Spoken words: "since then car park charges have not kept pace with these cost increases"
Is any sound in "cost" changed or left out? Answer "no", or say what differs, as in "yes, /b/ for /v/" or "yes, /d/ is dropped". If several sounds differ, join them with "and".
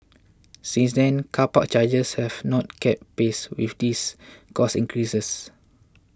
yes, /t/ is dropped